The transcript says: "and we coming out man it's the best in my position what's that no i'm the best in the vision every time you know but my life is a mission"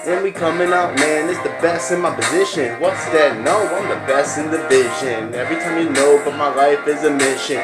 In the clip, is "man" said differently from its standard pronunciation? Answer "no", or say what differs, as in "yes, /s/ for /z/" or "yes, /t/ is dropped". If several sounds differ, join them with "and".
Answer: no